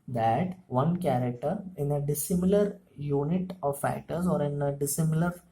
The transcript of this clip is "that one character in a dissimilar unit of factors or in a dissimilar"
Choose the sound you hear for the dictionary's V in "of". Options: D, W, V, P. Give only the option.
V